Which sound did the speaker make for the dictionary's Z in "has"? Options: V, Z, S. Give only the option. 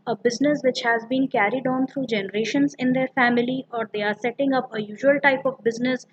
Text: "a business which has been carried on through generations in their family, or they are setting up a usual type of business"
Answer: Z